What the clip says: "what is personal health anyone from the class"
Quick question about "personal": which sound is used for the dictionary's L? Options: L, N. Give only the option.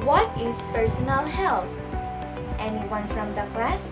N